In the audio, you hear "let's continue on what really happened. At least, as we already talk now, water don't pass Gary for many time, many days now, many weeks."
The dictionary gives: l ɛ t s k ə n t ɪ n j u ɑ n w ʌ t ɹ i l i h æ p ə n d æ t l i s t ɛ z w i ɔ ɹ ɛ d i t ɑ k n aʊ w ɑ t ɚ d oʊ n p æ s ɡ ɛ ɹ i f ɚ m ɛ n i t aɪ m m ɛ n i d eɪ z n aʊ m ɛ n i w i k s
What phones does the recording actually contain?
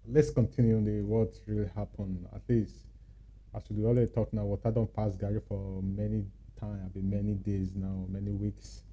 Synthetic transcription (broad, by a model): l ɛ t s k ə n t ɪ n j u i w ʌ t ɹ i l i h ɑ p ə n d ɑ t l i s t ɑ s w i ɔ l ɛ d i t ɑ k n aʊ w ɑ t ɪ d oʊ n p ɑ s ɡ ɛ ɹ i f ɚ m ɛ n i t aɪ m m ɛ n i d eɪ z n aʊ m ɛ n i w i k s